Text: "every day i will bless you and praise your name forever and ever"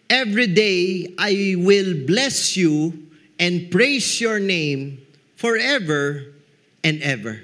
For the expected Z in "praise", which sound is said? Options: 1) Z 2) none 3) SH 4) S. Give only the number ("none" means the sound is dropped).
4